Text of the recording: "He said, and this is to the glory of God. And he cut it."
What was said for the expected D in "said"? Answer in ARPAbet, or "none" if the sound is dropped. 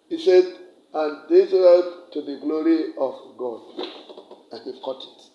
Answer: D